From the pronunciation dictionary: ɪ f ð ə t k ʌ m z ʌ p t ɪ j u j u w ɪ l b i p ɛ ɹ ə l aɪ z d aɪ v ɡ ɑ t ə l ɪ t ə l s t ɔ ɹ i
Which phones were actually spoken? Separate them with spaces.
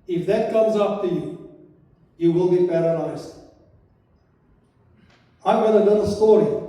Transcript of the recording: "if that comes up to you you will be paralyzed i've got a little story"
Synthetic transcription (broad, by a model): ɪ f ð ə t k ʌ m z ʌ p t ɪ j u j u w ɪ l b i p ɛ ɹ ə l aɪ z aɪ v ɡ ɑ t ə n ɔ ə s t ɔ ɹ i